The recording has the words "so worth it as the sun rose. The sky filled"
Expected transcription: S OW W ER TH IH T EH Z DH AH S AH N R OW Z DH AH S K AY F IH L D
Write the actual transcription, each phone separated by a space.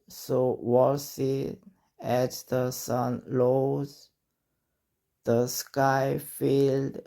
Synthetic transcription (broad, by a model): S OW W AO S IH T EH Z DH AH S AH N L OW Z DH AH S K AY F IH L D